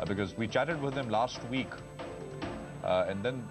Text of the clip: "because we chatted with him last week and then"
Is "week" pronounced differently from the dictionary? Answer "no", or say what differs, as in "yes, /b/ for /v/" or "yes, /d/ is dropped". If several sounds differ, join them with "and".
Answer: no